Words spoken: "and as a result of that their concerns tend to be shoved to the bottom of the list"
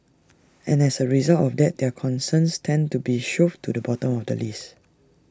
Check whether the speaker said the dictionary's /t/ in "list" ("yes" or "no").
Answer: no